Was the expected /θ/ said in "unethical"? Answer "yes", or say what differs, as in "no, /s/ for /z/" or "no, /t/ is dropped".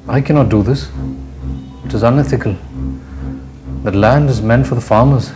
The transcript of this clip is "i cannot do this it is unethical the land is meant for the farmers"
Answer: yes